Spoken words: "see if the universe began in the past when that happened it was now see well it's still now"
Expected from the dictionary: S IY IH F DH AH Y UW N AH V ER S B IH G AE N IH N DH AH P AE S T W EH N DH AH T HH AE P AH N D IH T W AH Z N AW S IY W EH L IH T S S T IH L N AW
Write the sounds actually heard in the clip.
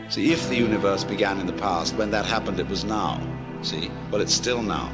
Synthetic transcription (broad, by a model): S IY IH F DH AH Y UW N AH V ER S B IH G AE N IH N DH AH P AE S T W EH N DH AH T HH AE P AH N D IH T W AH Z N AW S IY W EH L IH T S S T IH L N AW